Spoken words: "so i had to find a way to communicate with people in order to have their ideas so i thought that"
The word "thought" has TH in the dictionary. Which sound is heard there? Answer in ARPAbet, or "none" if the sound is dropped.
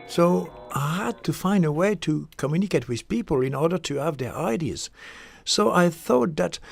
TH